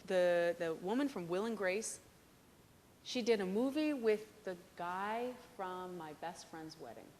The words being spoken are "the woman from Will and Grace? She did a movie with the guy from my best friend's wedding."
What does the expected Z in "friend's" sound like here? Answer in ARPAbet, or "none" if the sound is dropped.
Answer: Z